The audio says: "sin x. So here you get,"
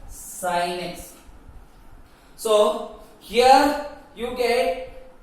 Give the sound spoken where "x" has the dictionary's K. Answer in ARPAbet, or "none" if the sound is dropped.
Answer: none